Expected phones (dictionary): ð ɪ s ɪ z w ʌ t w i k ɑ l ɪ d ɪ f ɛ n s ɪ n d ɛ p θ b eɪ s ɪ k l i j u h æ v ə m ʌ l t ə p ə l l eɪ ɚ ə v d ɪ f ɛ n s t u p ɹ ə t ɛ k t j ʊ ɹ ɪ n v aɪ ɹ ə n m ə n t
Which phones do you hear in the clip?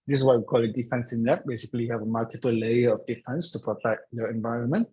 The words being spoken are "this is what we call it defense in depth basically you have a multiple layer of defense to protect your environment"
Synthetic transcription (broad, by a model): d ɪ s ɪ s w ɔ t w i k ɑ l ɪ d ɪ f ɛ n s ɪ n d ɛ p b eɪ s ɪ k i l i h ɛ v ə m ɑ l t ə p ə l l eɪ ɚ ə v d ɪ f ɛ n s t u p ɹ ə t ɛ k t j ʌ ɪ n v aɪ ɹ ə n m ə n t